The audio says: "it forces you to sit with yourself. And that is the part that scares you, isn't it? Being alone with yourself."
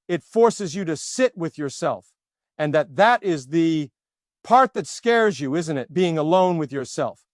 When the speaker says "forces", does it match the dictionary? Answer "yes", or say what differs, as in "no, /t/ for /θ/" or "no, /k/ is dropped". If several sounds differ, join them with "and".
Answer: yes